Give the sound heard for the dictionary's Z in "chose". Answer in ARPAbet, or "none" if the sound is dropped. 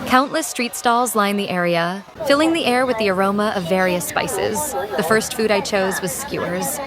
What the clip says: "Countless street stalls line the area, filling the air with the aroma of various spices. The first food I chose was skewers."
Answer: Z